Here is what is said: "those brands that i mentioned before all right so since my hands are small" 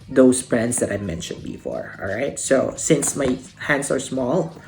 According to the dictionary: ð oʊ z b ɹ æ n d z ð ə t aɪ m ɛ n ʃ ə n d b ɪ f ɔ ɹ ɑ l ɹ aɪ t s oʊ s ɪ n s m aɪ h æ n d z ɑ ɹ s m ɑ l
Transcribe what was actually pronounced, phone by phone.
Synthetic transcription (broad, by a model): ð oʊ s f ɹ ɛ n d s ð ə t aɪ m ɛ n ʃ ə n d b ɪ f ɔ ɹ ɑ l ɹ aɪ t s oʊ s ɪ n s m aɪ h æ n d s ɑ ɹ s m ɑ l